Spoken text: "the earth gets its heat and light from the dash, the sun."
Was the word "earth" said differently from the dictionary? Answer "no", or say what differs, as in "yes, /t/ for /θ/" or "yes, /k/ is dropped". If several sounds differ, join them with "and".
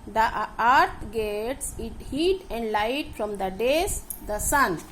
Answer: yes, /t/ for /θ/